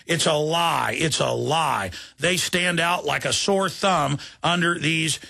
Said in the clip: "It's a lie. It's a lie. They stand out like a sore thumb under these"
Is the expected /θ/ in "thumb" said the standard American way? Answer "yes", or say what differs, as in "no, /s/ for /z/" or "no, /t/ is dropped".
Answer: yes